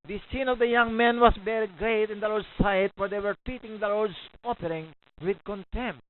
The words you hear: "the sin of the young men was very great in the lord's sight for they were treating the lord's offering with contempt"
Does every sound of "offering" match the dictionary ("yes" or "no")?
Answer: no